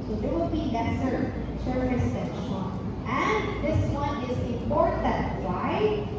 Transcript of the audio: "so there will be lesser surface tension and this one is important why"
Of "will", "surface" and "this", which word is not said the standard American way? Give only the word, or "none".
surface